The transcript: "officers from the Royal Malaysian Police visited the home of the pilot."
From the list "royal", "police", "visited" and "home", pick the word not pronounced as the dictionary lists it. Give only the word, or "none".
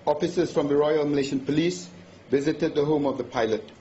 none